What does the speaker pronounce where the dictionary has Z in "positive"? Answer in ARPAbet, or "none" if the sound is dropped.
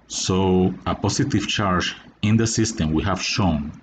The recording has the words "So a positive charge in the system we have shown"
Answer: S